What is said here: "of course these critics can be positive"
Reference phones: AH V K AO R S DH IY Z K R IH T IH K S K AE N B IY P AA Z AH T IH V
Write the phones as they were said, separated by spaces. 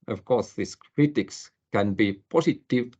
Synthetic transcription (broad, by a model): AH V K AO R S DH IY S K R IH T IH K S K AE N B IY P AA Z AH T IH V